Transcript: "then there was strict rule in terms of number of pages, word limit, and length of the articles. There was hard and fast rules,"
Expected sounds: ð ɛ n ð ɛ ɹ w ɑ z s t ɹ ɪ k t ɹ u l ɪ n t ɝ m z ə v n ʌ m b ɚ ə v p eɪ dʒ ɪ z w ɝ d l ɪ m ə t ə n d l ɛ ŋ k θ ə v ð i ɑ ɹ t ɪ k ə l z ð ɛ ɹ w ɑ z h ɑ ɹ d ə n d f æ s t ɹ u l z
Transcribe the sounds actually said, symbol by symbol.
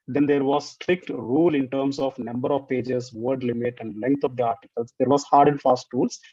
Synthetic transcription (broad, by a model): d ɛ n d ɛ ɹ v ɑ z s t ɹ ɪ k t ɹ u l ɪ n t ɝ m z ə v n ʌ m b ɚ ə v p eɪ dʒ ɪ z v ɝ d l ɪ m ə t ə n d l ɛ ŋ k t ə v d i ɑ ɹ t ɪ k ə l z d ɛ ɹ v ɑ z h ɑ ɹ d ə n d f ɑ s t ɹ u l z